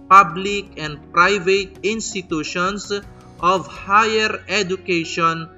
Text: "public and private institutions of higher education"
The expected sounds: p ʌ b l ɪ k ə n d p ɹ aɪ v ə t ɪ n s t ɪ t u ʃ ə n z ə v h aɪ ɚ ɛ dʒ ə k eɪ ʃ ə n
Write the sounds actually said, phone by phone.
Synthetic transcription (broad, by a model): p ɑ b l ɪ k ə n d p ɹ aɪ v ə t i n s t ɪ t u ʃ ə n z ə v h aɪ ɚ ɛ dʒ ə k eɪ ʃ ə n